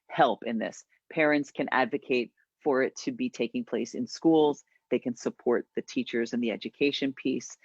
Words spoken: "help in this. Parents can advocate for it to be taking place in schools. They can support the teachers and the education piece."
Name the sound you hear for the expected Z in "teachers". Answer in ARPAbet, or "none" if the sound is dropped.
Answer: Z